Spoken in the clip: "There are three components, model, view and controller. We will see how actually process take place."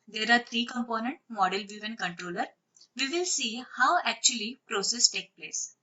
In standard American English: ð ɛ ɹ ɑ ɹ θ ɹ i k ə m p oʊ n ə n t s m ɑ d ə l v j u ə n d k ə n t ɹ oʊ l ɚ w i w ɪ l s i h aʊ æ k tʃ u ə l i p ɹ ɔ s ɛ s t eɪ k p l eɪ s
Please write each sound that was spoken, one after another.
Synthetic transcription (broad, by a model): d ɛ ɹ ɑ ɹ t ɹ i k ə m p oʊ n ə n t m ɑ d ə l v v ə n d k ə n t ɹ oʊ l ɚ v i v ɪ l s i h aʊ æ k tʃ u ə l i p ɹ ɔ s ɛ s t eɪ k p l eɪ s